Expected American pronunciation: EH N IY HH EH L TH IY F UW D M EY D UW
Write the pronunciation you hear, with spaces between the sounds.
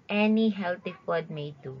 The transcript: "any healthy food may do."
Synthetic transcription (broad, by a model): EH N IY HH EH L T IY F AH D M EY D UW